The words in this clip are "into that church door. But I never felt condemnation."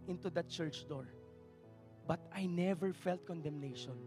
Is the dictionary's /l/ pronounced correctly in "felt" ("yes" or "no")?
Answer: yes